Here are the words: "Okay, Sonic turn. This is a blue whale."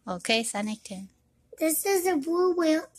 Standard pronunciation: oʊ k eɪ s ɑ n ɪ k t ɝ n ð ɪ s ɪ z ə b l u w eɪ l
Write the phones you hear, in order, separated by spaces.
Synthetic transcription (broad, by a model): oʊ k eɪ s ɑ n ɪ k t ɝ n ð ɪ s ɪ z ə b u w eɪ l